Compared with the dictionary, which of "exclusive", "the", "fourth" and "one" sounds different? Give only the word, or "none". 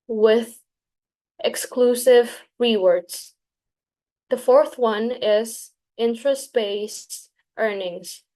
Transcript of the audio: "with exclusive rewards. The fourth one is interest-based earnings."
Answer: none